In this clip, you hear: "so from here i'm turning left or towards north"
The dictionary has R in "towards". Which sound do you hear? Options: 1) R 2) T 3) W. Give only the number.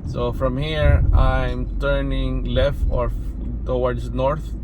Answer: 3